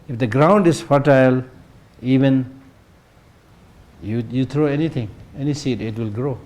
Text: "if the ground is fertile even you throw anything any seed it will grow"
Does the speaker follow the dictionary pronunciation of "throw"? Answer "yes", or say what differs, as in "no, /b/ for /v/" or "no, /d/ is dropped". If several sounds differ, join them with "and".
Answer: no, /t/ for /θ/